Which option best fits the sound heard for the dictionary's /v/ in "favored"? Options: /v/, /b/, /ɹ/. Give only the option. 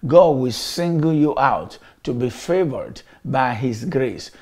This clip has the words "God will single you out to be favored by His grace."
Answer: /v/